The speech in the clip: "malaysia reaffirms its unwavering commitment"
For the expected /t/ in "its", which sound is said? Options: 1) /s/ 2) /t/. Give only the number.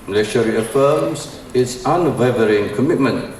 2